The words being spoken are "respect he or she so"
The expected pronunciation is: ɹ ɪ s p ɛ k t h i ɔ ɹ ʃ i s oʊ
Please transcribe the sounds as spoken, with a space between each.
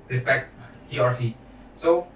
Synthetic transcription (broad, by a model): ɹ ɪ s p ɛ k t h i ɔ ɹ s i s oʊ